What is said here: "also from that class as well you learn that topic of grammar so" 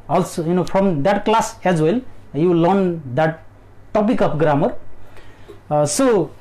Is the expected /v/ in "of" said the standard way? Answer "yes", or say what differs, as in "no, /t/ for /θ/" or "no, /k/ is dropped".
no, /p/ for /v/